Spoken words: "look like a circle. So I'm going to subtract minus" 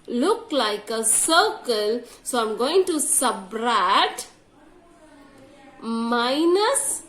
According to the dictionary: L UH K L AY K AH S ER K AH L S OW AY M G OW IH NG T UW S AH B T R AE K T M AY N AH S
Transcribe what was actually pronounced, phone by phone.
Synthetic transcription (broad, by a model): L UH K L AY K AH S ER K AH L S OW AY M G OW IH NG T UW S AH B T R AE T M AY N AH S